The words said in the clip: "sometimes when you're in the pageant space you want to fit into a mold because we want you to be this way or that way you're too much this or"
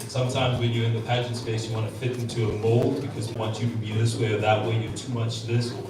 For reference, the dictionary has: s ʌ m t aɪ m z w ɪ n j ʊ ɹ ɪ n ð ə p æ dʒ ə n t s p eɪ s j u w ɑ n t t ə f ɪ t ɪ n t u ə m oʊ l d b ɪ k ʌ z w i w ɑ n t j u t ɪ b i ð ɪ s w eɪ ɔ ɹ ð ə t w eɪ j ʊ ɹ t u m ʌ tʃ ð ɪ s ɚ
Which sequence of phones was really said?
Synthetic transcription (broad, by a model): s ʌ m t aɪ m z w ɪ n j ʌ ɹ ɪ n ð ə p æ dʒ ə n t s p eɪ s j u w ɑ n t t ə f ɪ t ɪ n t u ə m oʊ l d b ɪ k ʌ z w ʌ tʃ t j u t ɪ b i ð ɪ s w eɪ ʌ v ð ə t w eɪ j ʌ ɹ t u m ʌ tʃ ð ɪ s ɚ